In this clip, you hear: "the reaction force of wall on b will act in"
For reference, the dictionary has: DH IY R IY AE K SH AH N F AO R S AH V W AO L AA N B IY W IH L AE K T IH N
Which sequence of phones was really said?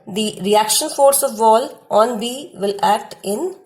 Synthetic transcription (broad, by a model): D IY R IY AE K SH AH N F AO R S AH V AO L AA N B IY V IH L AE K T IH N